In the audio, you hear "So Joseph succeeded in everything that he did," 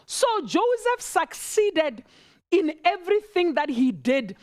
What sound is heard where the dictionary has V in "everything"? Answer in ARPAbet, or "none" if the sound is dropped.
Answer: V